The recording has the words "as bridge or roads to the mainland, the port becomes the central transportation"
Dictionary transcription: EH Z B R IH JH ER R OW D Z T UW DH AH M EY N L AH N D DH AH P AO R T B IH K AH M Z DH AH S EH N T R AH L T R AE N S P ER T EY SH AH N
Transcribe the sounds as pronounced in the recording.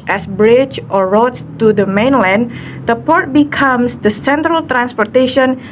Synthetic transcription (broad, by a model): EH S B R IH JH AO R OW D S T UW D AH M EY N L AH N D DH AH P AO R T B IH K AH M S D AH S EH N T R AH L T R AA N S P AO T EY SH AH N